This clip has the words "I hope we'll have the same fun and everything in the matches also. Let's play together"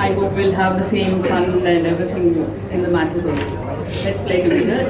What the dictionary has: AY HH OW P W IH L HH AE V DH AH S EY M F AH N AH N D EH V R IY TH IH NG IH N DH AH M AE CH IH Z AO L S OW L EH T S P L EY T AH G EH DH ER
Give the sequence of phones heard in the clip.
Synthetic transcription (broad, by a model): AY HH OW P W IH L HH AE V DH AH S EY M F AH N AH N D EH V R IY T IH NG IH N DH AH M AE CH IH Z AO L OW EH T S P L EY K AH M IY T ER